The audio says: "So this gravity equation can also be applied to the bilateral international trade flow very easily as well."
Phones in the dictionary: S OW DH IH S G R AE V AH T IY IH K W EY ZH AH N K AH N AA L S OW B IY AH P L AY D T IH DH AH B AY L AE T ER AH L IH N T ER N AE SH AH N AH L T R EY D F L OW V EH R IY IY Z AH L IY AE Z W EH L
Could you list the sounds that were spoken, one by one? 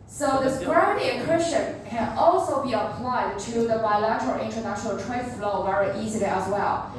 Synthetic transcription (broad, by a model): S OW DH IH S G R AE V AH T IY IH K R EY S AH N K AH N AA L S OW B IY AH P L AY D T IH DH AH B AY L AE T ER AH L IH N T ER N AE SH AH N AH L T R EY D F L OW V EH R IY IY Z AH L IY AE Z W EH L